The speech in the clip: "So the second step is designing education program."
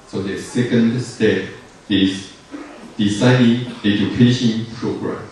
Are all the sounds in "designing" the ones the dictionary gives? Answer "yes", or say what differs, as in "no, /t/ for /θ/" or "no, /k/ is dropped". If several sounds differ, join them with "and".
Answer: no, /s/ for /z/